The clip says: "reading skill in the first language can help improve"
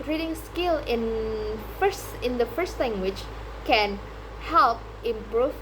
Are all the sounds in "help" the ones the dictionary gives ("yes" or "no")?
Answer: yes